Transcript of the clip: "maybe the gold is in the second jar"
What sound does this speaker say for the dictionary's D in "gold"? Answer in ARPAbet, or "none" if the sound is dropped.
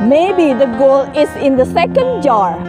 none